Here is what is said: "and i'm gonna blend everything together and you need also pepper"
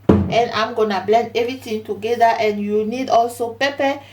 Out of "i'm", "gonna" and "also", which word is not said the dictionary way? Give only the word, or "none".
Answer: none